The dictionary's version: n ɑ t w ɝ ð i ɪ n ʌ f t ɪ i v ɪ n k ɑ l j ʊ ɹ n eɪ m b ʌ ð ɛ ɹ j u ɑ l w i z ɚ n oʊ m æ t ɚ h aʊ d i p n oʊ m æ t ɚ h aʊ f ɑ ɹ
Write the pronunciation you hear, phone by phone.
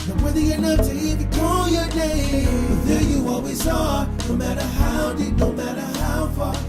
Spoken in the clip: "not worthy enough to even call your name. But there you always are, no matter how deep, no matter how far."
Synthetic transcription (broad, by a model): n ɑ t w ɝ ð i ɪ n ʌ f t ɪ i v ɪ k ɑ l j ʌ ɹ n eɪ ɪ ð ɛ j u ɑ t w i s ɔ n oʊ m æ t ɚ h aʊ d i n oʊ m æ t ɚ h aʊ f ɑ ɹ